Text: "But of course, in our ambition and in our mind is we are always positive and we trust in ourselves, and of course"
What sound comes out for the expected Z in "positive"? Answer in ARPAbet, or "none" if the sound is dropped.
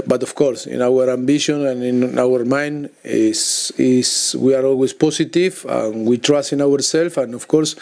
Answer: S